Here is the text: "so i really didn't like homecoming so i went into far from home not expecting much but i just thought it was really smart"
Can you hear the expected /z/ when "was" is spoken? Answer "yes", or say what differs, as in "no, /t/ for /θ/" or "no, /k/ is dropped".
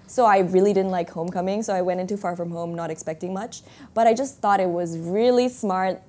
yes